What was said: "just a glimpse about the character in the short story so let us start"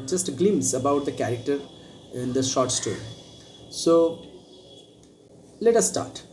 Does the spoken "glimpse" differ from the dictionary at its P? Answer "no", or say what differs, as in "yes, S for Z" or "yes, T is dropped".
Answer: yes, P is dropped